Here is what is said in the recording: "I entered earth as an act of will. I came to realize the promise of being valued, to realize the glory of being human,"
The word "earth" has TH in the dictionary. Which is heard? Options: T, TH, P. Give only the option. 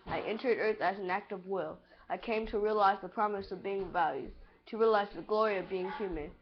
TH